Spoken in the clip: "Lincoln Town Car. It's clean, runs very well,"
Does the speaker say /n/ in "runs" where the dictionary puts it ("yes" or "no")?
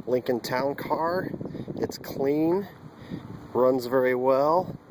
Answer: yes